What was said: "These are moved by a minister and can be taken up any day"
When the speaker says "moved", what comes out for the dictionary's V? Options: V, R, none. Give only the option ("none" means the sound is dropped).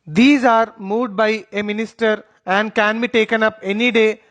none